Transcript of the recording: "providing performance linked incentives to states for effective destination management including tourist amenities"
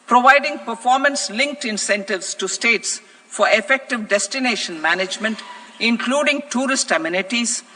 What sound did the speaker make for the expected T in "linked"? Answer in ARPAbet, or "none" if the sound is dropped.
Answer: T